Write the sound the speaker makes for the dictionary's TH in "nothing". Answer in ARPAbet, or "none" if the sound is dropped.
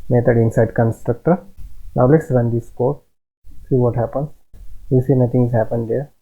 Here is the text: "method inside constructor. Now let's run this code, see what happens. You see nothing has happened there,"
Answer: T